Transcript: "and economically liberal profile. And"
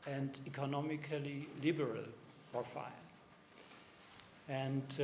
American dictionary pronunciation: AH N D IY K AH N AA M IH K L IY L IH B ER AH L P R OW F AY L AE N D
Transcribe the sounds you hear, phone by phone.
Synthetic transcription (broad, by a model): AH N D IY K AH N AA M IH K L IY L IH B ER AH L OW F AY N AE N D